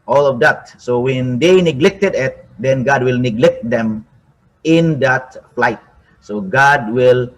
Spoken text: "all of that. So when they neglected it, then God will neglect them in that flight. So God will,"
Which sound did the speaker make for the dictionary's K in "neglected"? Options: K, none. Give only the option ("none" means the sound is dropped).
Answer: K